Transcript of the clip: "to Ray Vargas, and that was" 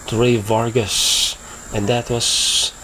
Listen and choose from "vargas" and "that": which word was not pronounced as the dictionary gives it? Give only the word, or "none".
none